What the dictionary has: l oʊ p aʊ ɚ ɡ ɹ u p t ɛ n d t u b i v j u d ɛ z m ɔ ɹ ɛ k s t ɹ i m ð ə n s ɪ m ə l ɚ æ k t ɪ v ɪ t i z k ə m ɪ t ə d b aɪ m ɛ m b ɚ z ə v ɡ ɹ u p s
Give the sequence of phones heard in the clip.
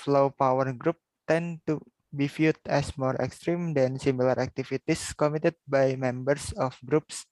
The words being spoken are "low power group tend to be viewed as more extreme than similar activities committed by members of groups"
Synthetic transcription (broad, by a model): l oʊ p aʊ ɚ ɡ ɹ u p t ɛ n t u b i f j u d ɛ s m ɔ ɹ ɛ k s t ɹ i m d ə n s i m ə l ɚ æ k t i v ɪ t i s k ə m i t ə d b aɪ m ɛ m b ɚ s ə f ɡ ɹ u p s